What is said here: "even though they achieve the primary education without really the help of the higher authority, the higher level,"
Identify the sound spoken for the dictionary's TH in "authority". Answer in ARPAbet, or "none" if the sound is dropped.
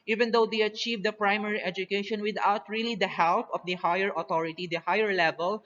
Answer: T